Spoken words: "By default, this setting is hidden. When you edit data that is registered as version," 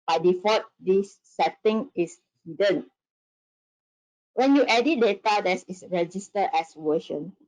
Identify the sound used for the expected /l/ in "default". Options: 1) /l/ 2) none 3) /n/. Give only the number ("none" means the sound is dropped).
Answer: 2